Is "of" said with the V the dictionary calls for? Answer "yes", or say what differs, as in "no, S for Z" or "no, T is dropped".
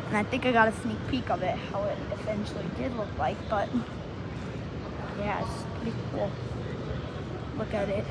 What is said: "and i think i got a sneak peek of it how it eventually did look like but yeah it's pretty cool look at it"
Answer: yes